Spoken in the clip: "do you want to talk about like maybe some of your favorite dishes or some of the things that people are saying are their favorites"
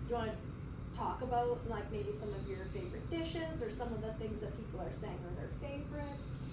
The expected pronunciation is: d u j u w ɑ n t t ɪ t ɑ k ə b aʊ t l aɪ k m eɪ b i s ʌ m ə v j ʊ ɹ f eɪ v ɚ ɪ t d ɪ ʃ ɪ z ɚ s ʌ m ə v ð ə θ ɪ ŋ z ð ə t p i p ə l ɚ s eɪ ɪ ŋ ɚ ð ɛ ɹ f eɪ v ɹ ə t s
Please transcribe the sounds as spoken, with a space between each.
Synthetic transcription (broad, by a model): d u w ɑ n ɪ t ɑ k ə b aʊ t l aɪ k m eɪ b i s ʌ m ə v j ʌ ɹ f eɪ v ɚ ɪ t d ɪ ʃ ɪ z ɚ s ʌ m ə v ð ə θ ɪ ŋ z ð ə t p i p l ɚ s eɪ ɪ ŋ ɚ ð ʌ ɹ f eɪ v ɹ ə t s